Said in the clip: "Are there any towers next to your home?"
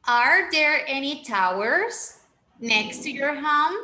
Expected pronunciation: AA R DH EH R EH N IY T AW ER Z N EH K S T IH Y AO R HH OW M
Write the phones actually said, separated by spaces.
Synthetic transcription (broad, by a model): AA R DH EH R EH N IY T AW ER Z N EH K S T IH Y AO R HH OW M